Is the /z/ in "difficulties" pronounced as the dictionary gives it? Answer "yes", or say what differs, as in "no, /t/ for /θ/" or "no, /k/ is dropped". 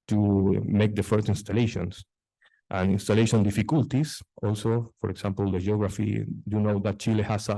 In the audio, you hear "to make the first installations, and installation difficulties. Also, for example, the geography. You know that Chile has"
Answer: no, /s/ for /z/